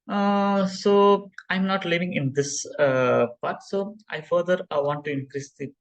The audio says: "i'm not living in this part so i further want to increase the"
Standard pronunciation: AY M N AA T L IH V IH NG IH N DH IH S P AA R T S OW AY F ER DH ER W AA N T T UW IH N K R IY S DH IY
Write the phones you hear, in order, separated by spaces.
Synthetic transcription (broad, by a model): AY M N AA T L IH V IH NG IH N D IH S P AA R T S OW AY F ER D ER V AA N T T UW IH N K R IY S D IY